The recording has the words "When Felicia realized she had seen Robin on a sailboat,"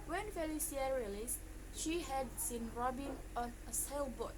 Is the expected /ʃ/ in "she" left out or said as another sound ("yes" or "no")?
no